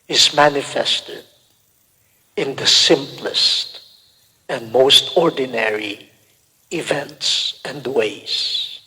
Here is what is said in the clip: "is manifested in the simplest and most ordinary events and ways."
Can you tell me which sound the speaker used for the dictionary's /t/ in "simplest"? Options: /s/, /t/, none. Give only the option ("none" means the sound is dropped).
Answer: /t/